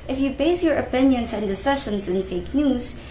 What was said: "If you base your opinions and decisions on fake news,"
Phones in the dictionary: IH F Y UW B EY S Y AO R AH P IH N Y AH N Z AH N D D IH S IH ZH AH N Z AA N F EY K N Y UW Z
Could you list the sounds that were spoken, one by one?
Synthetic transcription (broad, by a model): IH F Y UW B EY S Y AO R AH P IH N Y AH N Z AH N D D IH S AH SH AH N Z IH N F EY K N Y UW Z